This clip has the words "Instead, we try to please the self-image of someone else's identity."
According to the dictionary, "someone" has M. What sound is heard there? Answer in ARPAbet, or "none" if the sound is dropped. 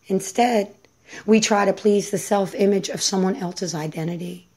M